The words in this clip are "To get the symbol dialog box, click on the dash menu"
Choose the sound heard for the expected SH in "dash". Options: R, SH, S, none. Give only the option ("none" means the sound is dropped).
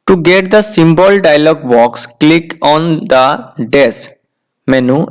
S